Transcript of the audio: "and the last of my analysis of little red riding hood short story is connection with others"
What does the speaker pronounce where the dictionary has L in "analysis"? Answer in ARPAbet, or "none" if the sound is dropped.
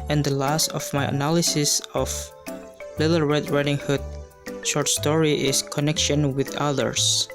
L